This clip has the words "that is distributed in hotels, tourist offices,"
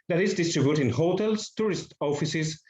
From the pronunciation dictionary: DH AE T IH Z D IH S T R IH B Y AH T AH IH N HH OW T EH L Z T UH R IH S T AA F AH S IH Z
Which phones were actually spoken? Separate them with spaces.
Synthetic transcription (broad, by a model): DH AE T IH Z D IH S T R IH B Y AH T IH N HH OW T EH L S T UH R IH S T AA F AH S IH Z